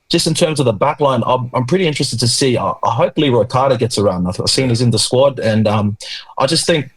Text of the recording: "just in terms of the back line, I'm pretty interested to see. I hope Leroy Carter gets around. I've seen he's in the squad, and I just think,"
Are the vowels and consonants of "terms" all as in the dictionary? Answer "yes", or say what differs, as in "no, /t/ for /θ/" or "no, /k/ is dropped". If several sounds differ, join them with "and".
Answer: yes